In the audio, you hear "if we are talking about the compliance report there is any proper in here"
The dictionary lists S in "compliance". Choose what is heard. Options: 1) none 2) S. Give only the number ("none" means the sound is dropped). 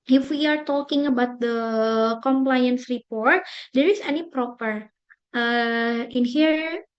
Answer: 2